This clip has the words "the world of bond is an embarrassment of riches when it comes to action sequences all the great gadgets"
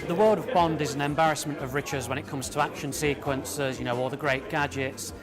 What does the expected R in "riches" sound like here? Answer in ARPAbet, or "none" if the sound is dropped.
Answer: R